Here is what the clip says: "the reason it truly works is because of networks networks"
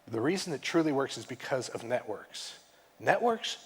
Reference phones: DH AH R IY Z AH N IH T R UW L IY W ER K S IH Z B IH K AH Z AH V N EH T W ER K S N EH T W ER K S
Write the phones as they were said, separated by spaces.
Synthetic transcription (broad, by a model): DH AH R IY Z N IH T R UW L IY W ER K S IH Z B IH K AH Z AH V N EH T W ER K S N EH T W ER K S